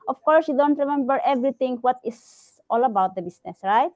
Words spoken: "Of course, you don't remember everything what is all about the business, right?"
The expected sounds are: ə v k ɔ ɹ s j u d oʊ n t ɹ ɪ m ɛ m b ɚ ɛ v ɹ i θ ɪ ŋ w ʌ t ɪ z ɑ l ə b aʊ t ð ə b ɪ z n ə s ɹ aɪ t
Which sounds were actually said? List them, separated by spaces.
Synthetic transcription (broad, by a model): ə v k ɔ ɹ s j u d oʊ n t ɹ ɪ m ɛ m b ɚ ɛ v ɹ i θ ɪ ŋ w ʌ t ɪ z ɑ l ə b aʊ t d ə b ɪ s n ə s ɹ aɪ t